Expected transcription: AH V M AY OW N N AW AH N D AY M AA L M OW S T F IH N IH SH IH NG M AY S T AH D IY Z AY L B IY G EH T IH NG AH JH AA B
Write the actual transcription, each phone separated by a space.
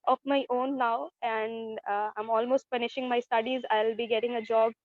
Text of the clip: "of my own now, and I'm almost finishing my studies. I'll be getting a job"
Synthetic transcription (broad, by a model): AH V M AY OW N N AW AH N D AY M AA L M OW S T P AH N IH SH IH NG M AY S T AH D IY Z AY L B IY G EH T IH NG AH JH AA B